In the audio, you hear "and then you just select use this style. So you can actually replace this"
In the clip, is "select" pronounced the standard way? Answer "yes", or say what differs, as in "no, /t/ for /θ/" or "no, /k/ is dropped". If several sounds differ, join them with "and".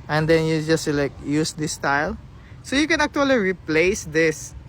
no, /l/ is dropped